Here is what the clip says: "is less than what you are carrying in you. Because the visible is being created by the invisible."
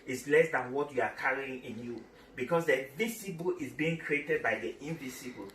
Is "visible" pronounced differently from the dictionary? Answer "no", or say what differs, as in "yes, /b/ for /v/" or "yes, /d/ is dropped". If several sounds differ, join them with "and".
yes, /s/ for /z/